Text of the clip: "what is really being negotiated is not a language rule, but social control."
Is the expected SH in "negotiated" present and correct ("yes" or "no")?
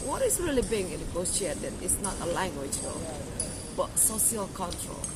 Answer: no